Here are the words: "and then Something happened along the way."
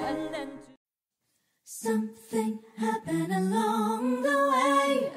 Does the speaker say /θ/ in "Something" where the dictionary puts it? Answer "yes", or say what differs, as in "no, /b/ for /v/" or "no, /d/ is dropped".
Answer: yes